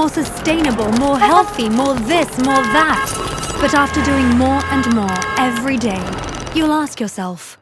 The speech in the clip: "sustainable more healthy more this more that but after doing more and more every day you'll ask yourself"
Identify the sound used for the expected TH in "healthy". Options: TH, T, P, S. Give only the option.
TH